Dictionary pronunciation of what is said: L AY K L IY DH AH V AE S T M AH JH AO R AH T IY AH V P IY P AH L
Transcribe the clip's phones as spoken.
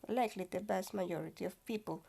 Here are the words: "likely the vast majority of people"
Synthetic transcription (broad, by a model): L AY K L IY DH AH B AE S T M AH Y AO R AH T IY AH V P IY P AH L